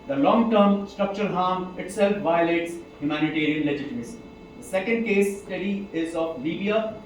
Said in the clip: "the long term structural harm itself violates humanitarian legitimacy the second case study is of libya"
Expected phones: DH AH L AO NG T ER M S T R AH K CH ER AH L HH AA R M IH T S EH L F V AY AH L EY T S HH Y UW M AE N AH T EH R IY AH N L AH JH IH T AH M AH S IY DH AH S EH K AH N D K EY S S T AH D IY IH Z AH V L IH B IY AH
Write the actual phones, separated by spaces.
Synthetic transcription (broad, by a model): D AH L AO NG T ER M S T R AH K CH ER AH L HH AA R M IH T S EH L F V AY AH L EY T S HH Y UW M AE N AH T EH R IY AH N L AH JH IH T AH M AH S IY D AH S EH K AH N D K EY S S T AH D IY IH Z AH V L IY B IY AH